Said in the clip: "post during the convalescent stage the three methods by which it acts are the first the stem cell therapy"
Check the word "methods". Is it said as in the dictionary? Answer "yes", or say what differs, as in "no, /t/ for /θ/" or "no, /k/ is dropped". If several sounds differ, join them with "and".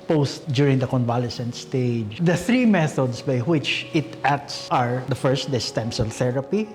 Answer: no, /s/ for /z/